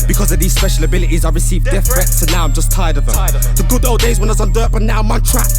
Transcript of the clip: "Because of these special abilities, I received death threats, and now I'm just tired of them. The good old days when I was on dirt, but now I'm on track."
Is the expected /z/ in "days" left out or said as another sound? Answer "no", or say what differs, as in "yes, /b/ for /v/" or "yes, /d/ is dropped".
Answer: no